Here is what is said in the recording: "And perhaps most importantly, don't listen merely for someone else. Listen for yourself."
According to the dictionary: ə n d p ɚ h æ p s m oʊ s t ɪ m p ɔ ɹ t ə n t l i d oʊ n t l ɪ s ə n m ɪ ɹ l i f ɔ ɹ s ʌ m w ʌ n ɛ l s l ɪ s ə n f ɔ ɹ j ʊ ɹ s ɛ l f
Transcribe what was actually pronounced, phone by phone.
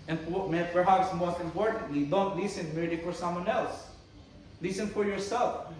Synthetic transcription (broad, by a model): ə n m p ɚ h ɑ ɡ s m oʊ s t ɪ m p ɔ ɹ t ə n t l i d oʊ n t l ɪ s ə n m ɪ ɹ i f ɔ ɹ s ʌ m w ʌ n ɛ l s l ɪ s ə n f ɔ ɹ j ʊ ɹ s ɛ l f